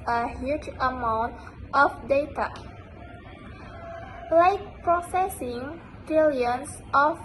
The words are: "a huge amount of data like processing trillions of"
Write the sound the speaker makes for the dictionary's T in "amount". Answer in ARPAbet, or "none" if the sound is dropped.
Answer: T